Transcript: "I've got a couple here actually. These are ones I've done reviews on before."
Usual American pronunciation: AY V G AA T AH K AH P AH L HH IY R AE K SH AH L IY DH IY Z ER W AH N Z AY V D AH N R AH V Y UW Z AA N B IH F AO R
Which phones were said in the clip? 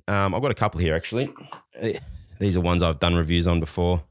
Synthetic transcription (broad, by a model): AY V G AA T AH K AH P L HH IY R AE K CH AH L IY DH IY Z ER W AH N Z AY V D AH N R AH V Y UW Z N B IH F AO R